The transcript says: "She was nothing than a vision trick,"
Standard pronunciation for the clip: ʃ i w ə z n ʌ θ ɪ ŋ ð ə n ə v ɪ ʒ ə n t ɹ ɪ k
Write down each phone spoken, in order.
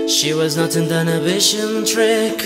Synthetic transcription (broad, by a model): ʃ i w ə z n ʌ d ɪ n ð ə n ə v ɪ ʃ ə n t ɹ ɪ k